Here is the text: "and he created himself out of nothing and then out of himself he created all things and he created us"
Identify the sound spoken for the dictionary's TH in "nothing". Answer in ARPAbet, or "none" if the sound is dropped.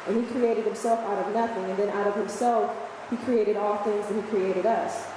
TH